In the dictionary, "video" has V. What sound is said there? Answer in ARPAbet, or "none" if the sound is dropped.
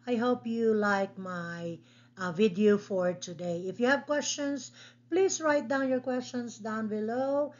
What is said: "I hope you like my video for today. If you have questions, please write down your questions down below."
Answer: V